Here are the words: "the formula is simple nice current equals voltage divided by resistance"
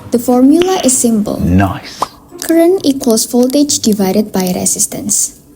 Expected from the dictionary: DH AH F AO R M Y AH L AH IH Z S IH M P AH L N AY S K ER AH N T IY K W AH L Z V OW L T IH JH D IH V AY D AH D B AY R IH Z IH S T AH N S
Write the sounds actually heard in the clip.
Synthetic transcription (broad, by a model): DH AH F AO R M Y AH L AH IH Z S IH M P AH L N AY K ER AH N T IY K W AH L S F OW L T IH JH D IH V AY D AH D B AY R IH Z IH S T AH N S